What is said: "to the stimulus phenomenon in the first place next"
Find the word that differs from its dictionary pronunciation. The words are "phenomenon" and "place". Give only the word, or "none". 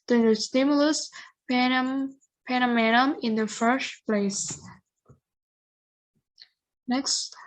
phenomenon